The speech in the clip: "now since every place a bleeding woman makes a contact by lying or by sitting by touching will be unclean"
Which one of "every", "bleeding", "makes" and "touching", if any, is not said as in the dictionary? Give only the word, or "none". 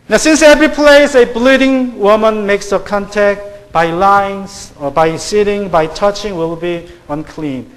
none